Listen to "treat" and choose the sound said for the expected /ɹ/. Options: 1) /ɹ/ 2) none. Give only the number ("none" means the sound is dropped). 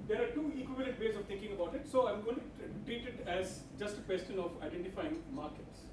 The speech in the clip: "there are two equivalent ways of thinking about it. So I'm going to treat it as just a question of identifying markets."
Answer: 2